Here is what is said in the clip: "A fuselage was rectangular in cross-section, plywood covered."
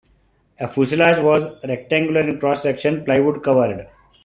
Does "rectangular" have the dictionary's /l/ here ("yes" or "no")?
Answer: yes